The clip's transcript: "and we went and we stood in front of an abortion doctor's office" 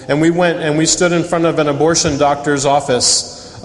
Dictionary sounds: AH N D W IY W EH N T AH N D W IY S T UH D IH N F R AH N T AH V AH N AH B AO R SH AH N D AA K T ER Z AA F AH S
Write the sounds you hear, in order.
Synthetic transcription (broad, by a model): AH N W IY W EH N T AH N W IY S T UH D IH N F R AH N T AH V AH N AH B AO R SH AH N D AA K T ER Z AA F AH S